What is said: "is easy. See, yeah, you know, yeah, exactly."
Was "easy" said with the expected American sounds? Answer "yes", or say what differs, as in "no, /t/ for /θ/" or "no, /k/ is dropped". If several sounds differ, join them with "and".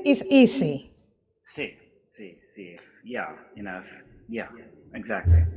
no, /s/ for /z/